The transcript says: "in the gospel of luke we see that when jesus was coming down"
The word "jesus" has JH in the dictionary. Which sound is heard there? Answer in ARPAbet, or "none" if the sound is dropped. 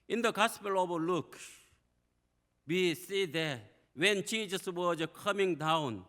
CH